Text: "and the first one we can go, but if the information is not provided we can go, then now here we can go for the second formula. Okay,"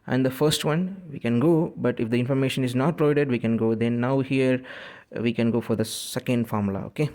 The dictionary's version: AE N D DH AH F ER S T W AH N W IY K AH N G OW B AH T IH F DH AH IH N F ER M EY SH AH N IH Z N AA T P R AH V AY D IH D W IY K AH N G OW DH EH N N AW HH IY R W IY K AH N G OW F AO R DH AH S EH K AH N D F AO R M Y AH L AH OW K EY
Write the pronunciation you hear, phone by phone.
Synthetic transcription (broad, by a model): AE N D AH F ER S T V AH N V IY K AH N G OW B AH T IH F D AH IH N F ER M EY SH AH N IH Z N AA T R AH IH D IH D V IY K AH N G OW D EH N N AW HH IY R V IY K AH N G OW F AO R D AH S EH K AH N D F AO R M L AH OW K EY